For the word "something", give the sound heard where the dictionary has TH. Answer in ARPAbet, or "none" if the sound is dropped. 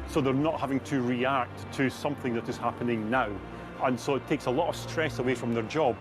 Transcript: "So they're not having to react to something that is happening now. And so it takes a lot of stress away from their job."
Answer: TH